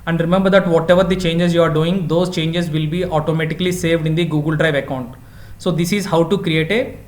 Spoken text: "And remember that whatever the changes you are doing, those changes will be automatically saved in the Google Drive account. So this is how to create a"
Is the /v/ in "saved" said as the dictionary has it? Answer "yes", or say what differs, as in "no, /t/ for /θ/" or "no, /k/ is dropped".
yes